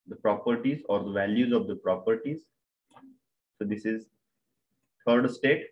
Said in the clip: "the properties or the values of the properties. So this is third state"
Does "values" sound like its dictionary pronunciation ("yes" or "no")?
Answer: yes